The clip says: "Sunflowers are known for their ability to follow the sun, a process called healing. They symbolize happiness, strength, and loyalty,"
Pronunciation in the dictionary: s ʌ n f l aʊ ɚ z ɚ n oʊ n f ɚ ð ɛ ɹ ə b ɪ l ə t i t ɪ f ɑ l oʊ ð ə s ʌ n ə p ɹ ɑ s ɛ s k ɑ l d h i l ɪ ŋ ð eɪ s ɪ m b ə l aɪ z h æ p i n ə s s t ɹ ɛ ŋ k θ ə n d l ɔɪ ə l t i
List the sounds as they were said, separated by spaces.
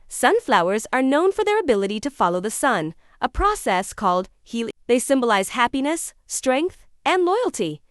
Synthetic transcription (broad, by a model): s ʌ n f l aʊ ɚ z ɚ n oʊ n f ɚ ð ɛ ɹ ə b ɪ l ə t i t ɪ f ɑ l oʊ ð ə s ʌ n ə p ɹ ɑ s ɛ s k ɑ l d h i l ð eɪ s ɪ m b ə l aɪ z h æ p i n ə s s t ɹ ɛ ŋ k θ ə n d l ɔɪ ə l t i